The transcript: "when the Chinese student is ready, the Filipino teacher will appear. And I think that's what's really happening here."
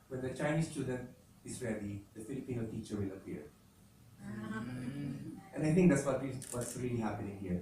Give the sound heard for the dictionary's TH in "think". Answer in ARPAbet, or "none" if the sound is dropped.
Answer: T